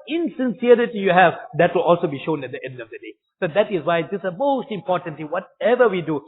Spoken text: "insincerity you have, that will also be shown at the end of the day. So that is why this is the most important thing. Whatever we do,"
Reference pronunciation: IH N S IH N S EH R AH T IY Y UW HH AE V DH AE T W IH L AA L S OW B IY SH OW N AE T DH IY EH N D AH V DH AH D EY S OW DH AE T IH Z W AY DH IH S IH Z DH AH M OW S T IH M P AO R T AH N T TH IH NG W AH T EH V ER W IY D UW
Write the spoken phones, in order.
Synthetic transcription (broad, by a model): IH N S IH N S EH R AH T IY Y UW HH AE V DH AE T W IH L AA L S OW B IY SH OW N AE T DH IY EH N D AH V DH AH D EY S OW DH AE T IH Z W AY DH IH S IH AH M OW S T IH M P AO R T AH N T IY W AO T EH V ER W IY D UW